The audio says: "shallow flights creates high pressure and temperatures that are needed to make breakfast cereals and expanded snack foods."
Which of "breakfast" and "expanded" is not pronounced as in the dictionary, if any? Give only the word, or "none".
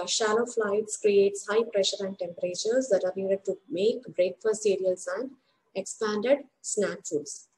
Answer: breakfast